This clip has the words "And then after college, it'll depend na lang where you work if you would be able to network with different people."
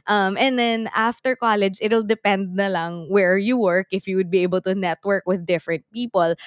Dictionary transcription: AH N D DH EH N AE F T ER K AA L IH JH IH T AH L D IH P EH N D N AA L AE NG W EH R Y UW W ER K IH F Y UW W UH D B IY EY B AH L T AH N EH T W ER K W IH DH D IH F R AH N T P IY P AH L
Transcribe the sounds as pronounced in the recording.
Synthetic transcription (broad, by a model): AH N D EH N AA F T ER K AA L IH JH IH T AH L D IH P EH N D N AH L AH NG W EH R Y UW W ER K IH F Y UW W UH D B IY EY B AH L T AH N EH T W ER K W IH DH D IH F R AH N T P IY P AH L